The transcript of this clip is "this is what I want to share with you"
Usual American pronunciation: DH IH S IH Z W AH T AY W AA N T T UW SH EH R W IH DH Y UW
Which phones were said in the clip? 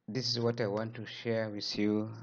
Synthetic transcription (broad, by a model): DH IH S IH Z W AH T AY W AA N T T UW SH EH R W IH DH Y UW